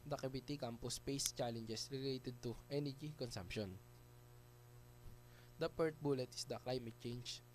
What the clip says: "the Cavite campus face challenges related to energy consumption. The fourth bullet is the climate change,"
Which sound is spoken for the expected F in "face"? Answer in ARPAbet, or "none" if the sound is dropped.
P